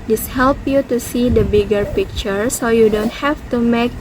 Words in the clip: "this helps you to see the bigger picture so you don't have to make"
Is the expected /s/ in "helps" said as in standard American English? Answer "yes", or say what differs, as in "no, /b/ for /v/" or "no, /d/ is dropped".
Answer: no, /s/ is dropped